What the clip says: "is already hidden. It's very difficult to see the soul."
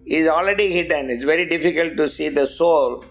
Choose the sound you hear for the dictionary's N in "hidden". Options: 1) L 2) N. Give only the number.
2